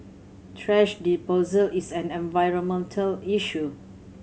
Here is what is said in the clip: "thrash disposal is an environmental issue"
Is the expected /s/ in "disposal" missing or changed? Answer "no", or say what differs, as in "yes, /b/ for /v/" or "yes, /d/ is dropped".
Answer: yes, /s/ is dropped